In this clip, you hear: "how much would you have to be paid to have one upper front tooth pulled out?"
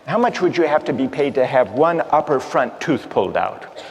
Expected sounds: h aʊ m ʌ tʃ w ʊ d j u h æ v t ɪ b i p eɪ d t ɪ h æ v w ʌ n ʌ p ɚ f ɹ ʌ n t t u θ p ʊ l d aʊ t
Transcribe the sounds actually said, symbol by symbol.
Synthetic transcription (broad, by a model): h aʊ m ʌ tʃ w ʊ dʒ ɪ h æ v t ɪ b i p eɪ d t ɪ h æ v w ʌ n ʌ p ɚ f ɹ ʌ n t t u θ p ʊ l d aʊ t